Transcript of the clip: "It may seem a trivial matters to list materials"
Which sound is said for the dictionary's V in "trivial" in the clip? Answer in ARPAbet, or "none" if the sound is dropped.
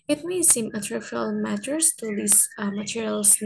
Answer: F